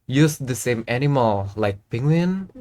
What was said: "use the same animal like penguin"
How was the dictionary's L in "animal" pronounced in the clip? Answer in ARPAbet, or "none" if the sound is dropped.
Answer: L